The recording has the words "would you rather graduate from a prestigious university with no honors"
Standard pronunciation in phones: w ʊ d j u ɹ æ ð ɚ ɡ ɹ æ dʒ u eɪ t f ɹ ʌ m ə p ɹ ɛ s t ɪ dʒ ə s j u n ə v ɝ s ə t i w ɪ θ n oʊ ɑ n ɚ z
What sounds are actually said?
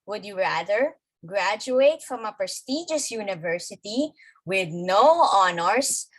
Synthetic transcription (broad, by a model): w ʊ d j u ɹ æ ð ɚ ɡ ɹ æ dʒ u eɪ t f ɹ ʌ m ə p ɹ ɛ s t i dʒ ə s j u n ə v ɝ s ə t i w ɪ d n oʊ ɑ n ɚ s